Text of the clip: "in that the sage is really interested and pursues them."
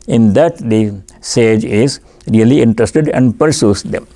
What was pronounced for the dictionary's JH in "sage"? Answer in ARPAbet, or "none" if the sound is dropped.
JH